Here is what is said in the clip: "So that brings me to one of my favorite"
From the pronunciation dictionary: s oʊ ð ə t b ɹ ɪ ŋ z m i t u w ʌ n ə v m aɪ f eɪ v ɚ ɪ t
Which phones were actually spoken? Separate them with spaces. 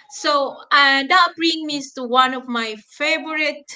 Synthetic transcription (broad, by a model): s oʊ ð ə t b ɹ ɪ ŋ m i t u w ʌ n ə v m aɪ f eɪ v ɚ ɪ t